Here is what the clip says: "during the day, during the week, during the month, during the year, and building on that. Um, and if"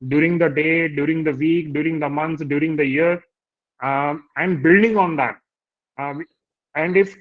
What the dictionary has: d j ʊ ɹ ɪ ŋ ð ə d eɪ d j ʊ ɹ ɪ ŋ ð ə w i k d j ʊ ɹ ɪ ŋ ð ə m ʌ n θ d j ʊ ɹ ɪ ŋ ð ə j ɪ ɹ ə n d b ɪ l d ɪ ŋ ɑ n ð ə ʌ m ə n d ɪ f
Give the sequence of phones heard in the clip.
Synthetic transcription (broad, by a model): d j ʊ ɹ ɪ ŋ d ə d eɪ d j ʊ ɹ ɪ ŋ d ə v i k d j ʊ ɹ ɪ ŋ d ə m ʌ n s d j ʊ ɹ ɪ ŋ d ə j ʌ ɹ ə n d b ɪ l d ɪ ŋ ɑ n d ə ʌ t ə n d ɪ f